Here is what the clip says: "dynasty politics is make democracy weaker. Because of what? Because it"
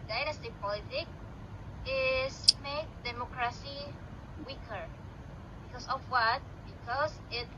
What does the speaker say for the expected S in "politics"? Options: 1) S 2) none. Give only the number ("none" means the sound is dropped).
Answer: 2